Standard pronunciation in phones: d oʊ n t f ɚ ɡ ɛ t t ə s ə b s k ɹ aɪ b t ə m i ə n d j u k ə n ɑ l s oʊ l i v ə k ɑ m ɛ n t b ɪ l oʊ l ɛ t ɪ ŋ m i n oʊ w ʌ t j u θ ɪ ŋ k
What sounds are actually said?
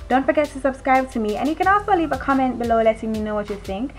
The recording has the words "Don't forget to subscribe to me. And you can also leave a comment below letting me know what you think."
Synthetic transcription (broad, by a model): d oʊ n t f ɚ ɡ ɛ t t ə s ə b s k ɹ aɪ b t ə m i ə n j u k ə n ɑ s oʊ l i v ə k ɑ m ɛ n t b ɪ l oʊ l ɛ t ɪ ŋ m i n oʊ w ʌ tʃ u θ ɪ ŋ k